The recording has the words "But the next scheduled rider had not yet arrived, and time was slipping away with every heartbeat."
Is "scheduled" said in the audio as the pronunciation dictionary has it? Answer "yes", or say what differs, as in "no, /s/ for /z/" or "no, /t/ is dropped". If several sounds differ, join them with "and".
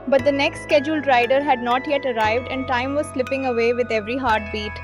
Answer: yes